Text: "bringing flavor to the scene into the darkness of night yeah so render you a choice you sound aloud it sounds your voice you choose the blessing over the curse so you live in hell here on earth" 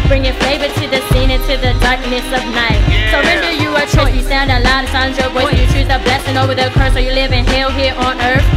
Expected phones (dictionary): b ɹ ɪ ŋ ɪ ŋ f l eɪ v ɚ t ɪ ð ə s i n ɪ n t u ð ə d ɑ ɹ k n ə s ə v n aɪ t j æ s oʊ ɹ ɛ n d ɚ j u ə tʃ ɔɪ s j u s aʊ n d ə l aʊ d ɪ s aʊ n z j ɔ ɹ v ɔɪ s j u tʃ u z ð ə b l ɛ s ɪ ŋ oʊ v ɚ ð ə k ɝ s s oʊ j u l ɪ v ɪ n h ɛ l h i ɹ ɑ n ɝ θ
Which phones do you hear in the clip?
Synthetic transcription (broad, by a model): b ɹ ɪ ŋ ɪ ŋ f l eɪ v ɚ t ɪ ð ə s i n ɪ n t u ð ə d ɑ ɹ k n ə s ə v n aɪ t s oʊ ɹ ɛ n d ɚ j u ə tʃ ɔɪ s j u s aʊ n d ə l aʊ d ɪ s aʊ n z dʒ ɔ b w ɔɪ j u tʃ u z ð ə b l ɛ s ɪ ŋ oʊ v ɚ ð ə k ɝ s s oʊ j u l ɪ v ɪ n h ɛ l h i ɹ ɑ n ɝ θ